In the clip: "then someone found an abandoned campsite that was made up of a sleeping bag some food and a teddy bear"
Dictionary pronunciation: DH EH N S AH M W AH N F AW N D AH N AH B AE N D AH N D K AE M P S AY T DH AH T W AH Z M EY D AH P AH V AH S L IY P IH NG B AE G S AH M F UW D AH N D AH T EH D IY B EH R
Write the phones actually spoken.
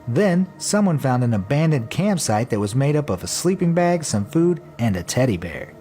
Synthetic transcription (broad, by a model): DH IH N S AH M W AH N F AW N D AH N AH B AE N D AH N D K AE M P S AY T DH AH T W AH Z M EY D AH P AH V AH S L IY P IH NG B AE G S AH M F UW D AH N AH T EH D IY B EH R